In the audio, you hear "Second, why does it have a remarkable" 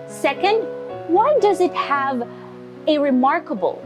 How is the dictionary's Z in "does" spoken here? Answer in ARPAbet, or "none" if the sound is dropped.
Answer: Z